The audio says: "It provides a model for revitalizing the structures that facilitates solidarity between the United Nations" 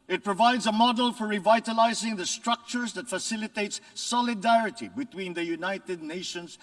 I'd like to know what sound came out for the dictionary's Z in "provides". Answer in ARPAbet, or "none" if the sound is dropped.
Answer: Z